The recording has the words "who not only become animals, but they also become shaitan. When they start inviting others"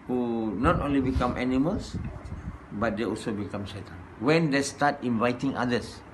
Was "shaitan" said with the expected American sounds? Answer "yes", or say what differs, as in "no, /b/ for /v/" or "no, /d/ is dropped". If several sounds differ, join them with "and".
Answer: no, /s/ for /ʃ/